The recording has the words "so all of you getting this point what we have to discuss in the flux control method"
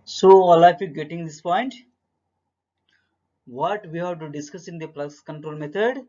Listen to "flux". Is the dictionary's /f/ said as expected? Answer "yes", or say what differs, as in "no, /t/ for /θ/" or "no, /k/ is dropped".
no, /p/ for /f/